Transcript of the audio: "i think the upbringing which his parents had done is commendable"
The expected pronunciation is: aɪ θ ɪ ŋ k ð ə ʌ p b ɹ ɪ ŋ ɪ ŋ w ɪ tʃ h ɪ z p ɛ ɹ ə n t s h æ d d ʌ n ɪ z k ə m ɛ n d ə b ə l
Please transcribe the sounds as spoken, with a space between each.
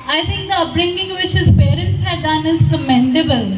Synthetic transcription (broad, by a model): aɪ t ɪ ŋ k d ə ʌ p ɹ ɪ ŋ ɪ ŋ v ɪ tʃ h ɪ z p ɛ ɹ ə n t s h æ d d ʌ n ɪ z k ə m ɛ n d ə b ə l